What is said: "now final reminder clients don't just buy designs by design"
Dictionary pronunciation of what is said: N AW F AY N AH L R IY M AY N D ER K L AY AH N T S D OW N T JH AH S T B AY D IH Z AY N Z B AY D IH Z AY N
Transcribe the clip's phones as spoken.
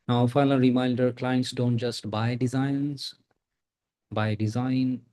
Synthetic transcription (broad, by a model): N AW F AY L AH R IY M AY N D ER K L AY AH N T S D OW N T JH AH S T B AY D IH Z AY N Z B AY D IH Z AY N